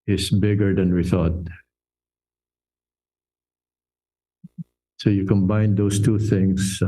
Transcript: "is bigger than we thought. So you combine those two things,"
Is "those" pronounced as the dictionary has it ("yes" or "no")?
no